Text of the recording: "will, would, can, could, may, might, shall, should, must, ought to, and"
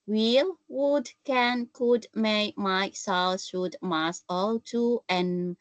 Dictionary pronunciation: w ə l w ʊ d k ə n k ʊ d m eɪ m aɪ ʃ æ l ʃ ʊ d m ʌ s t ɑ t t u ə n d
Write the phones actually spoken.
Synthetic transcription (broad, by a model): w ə l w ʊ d k ə n k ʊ d m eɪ m aɪ s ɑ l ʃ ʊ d m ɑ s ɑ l t u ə n